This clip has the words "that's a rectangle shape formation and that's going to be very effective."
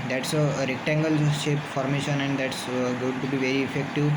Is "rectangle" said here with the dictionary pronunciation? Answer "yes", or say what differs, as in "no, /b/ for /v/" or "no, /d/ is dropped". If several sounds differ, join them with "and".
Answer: yes